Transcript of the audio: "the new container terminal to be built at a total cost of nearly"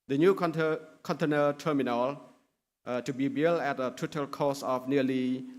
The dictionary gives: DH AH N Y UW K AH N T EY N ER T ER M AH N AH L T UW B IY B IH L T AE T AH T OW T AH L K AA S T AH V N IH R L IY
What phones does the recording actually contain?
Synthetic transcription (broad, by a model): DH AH N Y UW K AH N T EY N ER T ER M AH N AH L T UW B IY B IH L AE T AH T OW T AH L K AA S AH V N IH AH L IY